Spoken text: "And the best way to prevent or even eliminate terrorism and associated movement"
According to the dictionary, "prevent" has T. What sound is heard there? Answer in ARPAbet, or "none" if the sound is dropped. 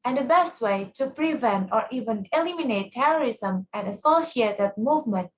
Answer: T